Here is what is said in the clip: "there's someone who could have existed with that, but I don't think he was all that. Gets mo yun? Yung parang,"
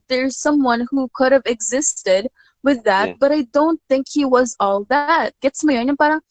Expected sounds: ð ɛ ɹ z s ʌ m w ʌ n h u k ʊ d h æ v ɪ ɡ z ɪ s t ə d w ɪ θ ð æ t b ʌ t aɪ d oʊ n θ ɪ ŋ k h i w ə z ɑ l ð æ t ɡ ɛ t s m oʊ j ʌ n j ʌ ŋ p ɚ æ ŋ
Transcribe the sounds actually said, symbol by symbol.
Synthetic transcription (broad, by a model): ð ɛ ɹ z s ʌ m w ʌ n h u k ʊ d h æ v ɪ ɡ z ɪ s t ə d w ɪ ð æ t b ʌ t aɪ d oʊ n θ ɪ ŋ k h i w ə z ɑ l ð æ t ɡ ɛ t s m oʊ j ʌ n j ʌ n p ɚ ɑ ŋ